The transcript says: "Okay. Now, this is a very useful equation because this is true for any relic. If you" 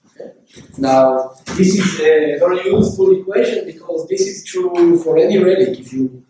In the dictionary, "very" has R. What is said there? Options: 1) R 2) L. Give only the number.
2